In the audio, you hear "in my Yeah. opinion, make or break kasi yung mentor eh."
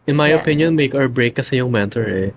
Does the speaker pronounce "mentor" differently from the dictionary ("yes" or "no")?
no